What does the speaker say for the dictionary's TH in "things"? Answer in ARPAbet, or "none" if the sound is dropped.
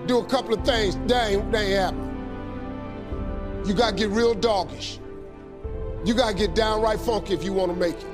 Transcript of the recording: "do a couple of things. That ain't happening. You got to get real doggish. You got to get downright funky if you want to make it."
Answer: TH